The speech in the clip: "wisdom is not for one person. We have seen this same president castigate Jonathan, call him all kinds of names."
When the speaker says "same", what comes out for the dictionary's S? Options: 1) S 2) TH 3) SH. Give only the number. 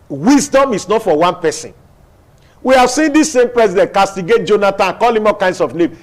1